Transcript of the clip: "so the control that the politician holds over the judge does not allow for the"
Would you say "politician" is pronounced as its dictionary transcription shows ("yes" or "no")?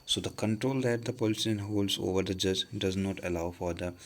no